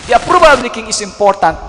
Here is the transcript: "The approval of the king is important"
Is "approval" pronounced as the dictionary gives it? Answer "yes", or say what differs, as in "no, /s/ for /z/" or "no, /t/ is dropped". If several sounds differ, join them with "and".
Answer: no, /b/ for /v/